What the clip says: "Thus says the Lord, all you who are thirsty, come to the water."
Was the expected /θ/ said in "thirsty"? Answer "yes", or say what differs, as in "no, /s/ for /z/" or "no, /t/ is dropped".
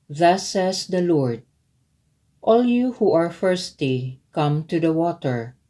no, /f/ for /θ/